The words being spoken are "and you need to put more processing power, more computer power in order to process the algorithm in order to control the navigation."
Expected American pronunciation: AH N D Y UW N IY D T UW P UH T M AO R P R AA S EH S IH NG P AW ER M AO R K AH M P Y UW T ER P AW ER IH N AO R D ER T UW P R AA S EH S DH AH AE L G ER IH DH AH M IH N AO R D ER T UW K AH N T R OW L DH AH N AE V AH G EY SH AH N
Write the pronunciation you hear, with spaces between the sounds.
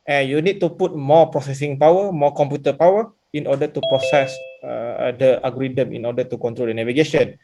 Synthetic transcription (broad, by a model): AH N Y UW N IY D T UW P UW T M AO P R AA S EH S IH NG P AW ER M AO K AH M P Y UW T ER P AW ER IH N AO D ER T UW P R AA S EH S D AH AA G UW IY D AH M IH N AO D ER T UW K AH N T R OW L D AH N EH V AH G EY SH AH N